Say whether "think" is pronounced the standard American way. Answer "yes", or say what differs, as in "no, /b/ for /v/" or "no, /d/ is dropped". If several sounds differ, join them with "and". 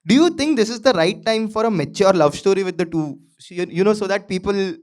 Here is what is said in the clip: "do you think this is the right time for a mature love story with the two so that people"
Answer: no, /t/ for /θ/